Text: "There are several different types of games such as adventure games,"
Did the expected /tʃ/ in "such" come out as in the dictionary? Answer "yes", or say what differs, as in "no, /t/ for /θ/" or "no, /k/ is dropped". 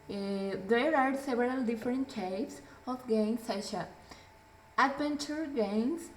no, /ʃ/ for /tʃ/